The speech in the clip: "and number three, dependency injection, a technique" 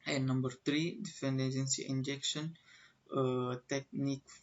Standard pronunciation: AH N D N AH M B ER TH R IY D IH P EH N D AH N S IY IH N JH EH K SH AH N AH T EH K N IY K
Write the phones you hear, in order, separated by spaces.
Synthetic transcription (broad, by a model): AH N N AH M B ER T R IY D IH F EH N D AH N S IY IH N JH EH K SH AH N AH T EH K N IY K